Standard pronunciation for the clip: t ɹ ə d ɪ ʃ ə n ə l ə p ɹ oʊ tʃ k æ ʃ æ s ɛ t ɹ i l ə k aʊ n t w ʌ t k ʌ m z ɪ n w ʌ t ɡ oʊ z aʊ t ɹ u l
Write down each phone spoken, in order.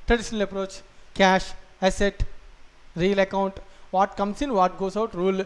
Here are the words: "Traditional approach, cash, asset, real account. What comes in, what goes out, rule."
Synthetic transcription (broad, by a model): t ɹ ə d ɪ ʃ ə n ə l ə p ɹ oʊ tʃ k æ ʃ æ s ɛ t ɹ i l ə k aʊ n t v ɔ t k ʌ m s ɪ n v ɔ t ɡ oʊ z aʊ t ɹ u l